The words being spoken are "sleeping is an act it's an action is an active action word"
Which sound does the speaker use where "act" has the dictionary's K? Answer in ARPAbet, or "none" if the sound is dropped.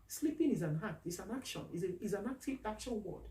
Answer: none